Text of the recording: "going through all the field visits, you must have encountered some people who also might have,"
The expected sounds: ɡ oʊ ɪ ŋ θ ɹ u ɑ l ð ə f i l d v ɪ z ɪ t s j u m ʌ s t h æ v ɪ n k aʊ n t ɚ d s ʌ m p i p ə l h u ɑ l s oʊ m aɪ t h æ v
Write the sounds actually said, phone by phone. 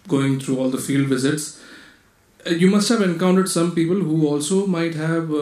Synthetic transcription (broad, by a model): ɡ oʊ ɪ ŋ t ɹ u ɑ l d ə f i l d v ɪ z ɪ t s j u m ʌ s t h æ v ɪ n k aʊ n t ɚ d s ʌ m p i p ə l h u ɑ l s oʊ m aɪ t h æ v